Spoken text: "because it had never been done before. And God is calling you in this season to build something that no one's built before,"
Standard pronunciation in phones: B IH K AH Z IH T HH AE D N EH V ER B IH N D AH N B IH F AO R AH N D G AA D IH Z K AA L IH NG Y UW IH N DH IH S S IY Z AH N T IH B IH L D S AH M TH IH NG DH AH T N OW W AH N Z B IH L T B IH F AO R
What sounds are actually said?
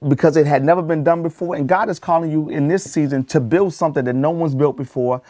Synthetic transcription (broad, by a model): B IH K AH Z IH T HH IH D N EH V ER B IH N D AH N B IH F AO R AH N G AA D IH Z K AA L IH NG Y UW IH N DH IH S S IY Z AH N T IH B IH L D S AH M TH IH NG DH AH T N OW W AH N Z B IH L T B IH F AO R